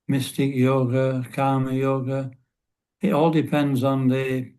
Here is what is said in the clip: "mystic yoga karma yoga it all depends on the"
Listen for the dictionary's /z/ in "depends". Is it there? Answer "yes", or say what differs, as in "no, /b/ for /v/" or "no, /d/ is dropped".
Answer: yes